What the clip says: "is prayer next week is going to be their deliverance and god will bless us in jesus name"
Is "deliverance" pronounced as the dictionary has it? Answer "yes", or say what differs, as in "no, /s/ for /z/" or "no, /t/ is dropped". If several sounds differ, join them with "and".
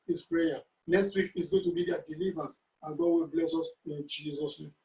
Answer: no, /n/ is dropped